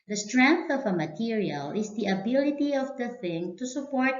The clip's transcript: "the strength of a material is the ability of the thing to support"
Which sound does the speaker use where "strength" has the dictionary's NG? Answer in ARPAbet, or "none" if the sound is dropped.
NG